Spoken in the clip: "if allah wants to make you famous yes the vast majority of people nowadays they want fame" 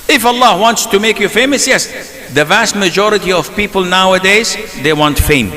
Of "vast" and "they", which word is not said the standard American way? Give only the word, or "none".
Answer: none